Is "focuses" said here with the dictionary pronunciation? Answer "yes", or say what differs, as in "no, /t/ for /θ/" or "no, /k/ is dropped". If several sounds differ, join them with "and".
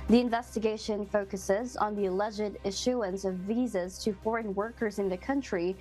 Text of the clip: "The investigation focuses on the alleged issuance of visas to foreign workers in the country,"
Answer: yes